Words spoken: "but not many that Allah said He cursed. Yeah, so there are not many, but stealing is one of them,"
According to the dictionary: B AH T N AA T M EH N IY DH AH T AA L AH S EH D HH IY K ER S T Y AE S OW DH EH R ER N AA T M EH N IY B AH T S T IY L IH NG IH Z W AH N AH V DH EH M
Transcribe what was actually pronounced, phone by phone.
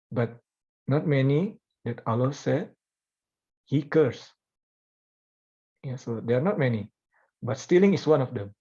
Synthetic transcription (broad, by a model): B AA T N AA T M EH N IY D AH T AA L AH S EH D HH IY K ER S Y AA S OW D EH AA N AA T M EH N IY B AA T S T IY L IH NG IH S W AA N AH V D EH M